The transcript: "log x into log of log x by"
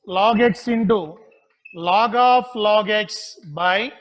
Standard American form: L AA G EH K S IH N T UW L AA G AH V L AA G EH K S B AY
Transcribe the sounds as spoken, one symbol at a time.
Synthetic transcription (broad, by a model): L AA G EH K S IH N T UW L AA G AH P L AA G EH K S B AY